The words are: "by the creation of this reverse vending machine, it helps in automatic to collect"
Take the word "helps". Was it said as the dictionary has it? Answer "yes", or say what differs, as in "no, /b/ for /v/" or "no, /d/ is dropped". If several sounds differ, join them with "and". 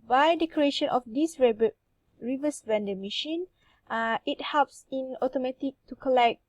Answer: yes